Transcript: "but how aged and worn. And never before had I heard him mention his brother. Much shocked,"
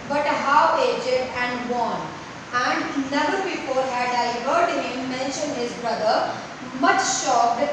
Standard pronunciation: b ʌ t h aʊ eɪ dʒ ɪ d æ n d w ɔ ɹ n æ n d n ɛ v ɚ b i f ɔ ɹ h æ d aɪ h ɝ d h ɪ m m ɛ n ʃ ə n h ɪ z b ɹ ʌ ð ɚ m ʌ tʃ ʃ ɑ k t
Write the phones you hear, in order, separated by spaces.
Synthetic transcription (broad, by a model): b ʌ t h aʊ eɪ dʒ ɪ d æ n d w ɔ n æ n d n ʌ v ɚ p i p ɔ l h æ d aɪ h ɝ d h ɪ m m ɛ n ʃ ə n h ɪ z b ɹ ʌ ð ɚ m ʌ tʃ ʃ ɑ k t